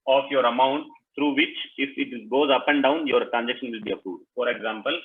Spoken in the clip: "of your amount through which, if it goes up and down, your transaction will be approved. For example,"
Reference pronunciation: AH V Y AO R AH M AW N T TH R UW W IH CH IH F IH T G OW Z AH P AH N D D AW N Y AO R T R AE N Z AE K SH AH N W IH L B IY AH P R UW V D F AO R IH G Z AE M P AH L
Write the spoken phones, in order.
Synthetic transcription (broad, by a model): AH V Y AO R AH M AW N T T R UW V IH CH IH F IH T G OW Z AH P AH N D D AW N Y AO R T R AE N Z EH K SH AH N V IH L B IY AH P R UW D F AO R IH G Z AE M P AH L